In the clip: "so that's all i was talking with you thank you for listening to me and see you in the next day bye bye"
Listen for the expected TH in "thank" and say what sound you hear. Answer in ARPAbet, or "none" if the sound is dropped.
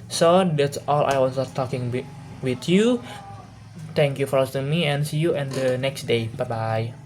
T